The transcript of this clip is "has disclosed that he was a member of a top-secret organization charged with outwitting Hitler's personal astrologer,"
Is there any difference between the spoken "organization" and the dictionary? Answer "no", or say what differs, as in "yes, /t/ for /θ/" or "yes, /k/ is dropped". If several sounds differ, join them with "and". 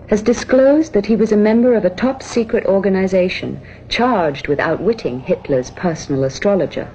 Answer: no